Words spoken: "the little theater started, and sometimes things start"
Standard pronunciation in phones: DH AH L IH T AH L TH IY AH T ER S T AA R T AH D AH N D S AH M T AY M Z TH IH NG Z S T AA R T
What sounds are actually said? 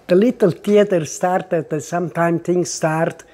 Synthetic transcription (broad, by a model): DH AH L IH T AH L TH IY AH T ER S T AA R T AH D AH S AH M T AY M TH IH NG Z S T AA R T